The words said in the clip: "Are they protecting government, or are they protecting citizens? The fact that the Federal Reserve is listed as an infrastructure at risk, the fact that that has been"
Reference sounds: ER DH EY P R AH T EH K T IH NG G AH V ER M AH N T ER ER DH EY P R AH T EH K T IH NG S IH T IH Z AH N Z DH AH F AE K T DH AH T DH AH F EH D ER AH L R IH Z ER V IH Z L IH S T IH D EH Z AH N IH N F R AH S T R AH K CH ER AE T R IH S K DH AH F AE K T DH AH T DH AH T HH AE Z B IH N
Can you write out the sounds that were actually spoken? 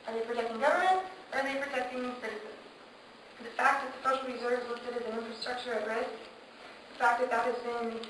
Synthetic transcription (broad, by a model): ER DH EY P R AH T EH K T IH NG G AH V ER M AH N T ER ER DH EY P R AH T EH K T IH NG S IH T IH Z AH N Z DH AH F AE K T DH AH T DH AH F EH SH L R IH Z ER V Z W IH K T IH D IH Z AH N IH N F R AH S T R AH K CH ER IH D R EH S DH AH F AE K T DH AH T DH AH T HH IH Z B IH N